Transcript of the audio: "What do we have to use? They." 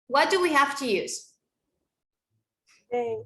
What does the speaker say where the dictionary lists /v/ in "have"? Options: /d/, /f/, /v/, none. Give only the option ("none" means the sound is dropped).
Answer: /f/